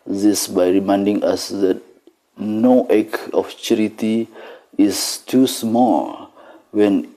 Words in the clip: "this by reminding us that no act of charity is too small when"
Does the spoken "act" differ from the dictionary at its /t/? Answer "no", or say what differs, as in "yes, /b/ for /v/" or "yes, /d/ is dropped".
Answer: yes, /t/ is dropped